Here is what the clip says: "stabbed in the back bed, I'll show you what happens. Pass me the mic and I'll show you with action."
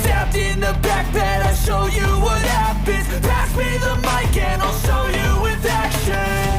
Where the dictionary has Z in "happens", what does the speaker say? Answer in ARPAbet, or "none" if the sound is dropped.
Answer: none